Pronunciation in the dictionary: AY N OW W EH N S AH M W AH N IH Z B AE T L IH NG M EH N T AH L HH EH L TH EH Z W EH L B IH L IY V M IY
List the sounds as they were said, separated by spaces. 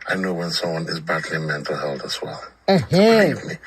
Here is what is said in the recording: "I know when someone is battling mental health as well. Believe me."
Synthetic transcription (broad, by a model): AY N OW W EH N S AH M W AH N IH Z B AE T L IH M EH N T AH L HH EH L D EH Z W EH L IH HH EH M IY